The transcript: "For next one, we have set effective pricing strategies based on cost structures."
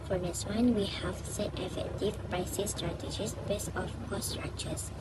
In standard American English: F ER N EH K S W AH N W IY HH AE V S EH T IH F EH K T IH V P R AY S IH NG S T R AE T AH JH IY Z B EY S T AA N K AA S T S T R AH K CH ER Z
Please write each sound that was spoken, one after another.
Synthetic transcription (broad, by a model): F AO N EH S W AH N W IY HH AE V S EH T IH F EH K T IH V P R AY S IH S T R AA T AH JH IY S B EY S AA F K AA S S T R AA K CH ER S